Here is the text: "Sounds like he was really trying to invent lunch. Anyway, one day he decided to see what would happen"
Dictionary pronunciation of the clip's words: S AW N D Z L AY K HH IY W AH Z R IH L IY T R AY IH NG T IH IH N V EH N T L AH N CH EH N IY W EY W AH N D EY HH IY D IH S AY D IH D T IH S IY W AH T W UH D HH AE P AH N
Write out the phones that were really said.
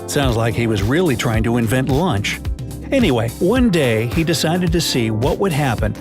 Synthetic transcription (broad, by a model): S AW N D Z L AY K HH IY W AH Z R IH L IY T R AY IH NG T IH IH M V EH N T L AH N CH EH N IY W EY W AH N D EY IY D IH S AY D IH D T IH S IY W AH T W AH D HH AE P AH N